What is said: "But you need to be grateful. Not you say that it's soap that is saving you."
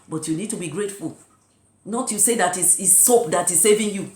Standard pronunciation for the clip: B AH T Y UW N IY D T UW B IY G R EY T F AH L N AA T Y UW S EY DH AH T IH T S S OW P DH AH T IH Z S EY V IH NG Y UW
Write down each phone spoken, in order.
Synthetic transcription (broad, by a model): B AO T Y UW N IY D T UW B IY G R EY T F AH L N AA T Y UW S EY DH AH T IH S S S OW P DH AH T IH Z S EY V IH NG Y UW